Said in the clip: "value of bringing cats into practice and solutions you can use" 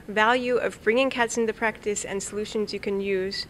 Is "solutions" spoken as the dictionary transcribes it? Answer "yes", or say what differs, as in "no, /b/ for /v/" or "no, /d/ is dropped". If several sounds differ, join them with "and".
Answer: yes